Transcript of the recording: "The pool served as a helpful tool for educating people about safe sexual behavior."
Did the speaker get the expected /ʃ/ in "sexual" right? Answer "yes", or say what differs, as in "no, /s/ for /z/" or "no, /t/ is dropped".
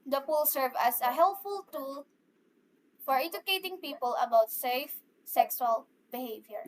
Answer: no, /s/ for /ʃ/